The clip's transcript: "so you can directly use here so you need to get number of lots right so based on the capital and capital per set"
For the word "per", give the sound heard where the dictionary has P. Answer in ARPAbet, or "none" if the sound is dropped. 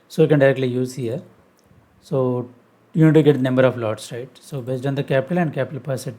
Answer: P